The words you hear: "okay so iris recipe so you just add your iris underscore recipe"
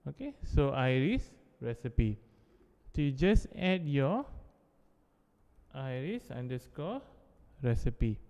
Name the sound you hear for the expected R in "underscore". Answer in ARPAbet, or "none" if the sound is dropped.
L